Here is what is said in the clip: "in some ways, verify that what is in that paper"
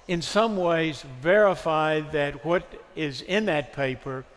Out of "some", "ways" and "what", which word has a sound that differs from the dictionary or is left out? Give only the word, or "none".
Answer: none